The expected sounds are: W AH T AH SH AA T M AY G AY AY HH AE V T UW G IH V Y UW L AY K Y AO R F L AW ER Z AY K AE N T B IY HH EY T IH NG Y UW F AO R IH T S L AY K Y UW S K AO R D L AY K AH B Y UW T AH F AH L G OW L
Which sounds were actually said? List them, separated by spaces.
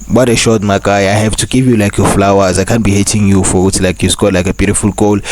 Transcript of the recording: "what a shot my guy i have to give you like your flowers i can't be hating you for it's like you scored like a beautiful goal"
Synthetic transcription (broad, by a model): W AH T AH SH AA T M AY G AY AY HH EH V T UW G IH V Y UW L AY K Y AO F L AW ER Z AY K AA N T B IY HH EY T IH NG Y UW F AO W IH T L AY K Y UW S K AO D L AY K AH B Y UW T AH F AH L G OW L